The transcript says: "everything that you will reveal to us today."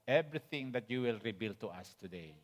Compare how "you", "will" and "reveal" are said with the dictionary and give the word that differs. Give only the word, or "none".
reveal